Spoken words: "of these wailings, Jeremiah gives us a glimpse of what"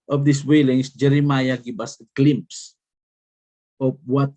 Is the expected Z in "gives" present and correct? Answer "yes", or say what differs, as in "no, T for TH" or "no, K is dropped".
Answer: no, Z is dropped